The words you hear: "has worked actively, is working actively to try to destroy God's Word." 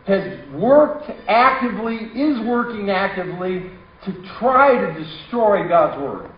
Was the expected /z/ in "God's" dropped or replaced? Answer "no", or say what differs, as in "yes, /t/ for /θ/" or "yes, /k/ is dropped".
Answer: no